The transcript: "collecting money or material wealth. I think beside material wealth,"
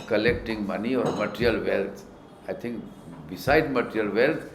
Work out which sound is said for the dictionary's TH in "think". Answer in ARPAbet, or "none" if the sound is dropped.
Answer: T